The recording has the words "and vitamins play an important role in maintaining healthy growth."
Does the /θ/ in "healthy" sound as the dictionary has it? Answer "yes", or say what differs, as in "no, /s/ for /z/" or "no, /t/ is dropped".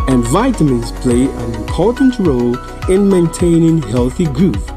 yes